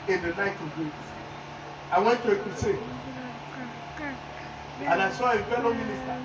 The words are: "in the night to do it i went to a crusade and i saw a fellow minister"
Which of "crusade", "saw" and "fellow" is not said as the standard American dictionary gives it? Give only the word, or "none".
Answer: crusade